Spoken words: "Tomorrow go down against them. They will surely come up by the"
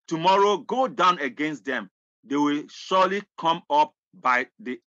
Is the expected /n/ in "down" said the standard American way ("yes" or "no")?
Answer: yes